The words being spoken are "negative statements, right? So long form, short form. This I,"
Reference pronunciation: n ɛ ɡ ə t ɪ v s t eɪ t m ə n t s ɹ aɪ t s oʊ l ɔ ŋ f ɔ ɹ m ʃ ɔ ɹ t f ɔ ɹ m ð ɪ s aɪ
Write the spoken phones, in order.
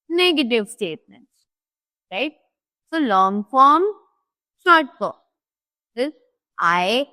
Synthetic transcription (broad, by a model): n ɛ ɡ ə t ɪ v s t eɪ t m ə n t s ɹ aɪ t s oʊ l ɔ ŋ f ɔ ɹ m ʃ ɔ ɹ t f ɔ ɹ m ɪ aɪ